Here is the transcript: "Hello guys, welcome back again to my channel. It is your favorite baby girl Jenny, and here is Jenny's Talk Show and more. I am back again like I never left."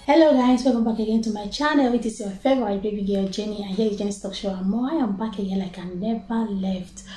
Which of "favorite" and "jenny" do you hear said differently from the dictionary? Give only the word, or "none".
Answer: favorite